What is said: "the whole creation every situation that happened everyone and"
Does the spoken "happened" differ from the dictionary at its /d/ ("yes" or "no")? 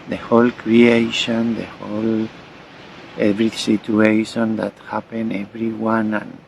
yes